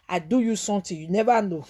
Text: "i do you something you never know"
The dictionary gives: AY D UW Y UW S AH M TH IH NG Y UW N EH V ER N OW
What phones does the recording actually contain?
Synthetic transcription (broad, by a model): AY D UW Y UW S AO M T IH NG Y UW N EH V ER N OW